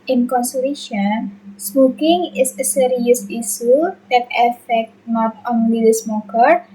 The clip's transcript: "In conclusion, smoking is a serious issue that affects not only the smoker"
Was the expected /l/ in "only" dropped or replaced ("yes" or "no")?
yes